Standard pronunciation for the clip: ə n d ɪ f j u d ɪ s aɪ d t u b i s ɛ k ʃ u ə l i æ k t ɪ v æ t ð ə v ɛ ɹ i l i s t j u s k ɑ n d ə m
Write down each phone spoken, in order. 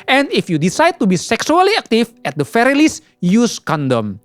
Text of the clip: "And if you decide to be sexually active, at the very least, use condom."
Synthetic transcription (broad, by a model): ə n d ɪ f j u d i s aɪ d t u b i s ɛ k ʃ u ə l i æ k t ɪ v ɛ t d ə f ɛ ɹ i l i s j u s k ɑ n d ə m